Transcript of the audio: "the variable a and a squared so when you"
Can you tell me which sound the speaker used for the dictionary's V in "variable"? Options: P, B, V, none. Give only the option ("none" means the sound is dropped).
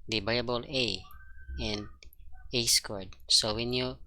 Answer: B